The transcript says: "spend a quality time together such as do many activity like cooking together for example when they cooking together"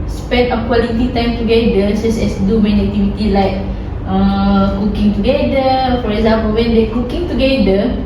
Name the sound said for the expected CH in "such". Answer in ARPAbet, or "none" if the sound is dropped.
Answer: S